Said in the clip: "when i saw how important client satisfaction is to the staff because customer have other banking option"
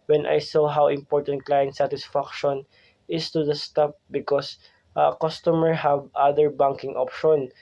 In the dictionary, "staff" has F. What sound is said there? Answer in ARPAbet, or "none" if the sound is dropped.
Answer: P